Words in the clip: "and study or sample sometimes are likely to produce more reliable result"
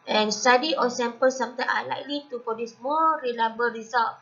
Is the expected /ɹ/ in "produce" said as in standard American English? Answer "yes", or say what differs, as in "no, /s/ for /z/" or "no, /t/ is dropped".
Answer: no, /ɹ/ is dropped